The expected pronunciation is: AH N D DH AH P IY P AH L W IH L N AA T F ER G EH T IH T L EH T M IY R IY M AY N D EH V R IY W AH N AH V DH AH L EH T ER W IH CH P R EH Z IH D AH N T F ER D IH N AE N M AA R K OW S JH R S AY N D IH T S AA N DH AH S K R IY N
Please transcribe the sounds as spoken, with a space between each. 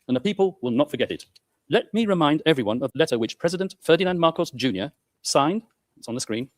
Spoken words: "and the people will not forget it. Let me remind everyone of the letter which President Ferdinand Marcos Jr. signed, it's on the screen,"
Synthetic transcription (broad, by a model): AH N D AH P IY P AH L W IH L N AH T F ER G EH T IH T L EH T M IY R IY M AY N D EH V R IY W AH N AH V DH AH L EH T ER W IH CH P R EH Z IH D AH N T F ER D IH N AE N M AA R K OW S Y R S AY N D IH T S N DH AH S K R IY N